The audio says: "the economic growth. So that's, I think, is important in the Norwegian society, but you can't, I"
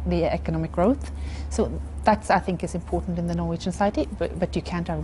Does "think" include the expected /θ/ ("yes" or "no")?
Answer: yes